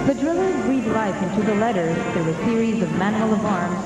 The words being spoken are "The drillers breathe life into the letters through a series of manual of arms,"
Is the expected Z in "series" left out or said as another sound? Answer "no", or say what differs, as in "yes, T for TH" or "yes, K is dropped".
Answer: no